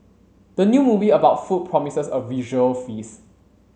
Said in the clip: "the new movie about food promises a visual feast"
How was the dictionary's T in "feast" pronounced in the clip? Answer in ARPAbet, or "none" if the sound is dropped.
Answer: none